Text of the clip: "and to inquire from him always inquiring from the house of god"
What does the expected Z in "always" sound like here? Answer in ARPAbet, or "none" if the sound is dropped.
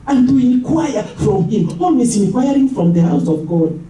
S